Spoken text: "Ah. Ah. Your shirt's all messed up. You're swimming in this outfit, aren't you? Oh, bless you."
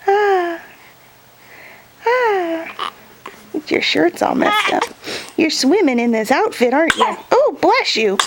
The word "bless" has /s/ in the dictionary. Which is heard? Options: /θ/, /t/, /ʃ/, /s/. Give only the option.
/ʃ/